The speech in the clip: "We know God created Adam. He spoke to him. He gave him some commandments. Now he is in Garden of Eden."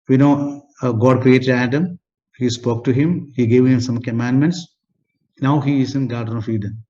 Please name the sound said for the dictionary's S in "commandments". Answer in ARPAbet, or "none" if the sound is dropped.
S